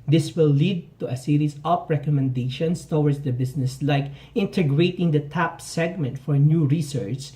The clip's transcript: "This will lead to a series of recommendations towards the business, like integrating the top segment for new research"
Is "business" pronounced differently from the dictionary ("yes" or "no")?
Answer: yes